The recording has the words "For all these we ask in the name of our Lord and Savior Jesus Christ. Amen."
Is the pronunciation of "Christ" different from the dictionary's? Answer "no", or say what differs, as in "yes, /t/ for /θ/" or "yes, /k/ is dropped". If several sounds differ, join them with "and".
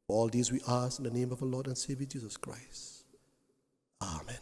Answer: no